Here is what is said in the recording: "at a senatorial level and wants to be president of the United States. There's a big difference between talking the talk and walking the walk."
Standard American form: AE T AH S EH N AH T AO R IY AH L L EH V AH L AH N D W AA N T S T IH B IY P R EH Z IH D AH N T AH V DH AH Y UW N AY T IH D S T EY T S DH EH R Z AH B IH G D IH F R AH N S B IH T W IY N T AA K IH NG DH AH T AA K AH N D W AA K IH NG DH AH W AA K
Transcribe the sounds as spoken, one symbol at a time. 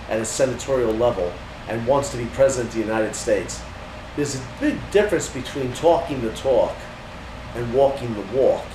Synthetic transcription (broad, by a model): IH T AH S EH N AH T AO R IY L L EH V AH L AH N W AA N T S T IH B IY P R EH Z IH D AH N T DH AH Y UW N AY T IH D S T EY T S DH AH R Z AH B IH G D IH F R AH N S B IH T W IY N T AA K IH NG DH AH T AA K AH N W AA K IH NG DH AH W AA